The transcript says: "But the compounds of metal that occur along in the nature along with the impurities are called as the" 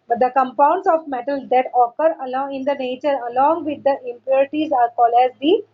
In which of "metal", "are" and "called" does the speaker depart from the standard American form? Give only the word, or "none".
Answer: called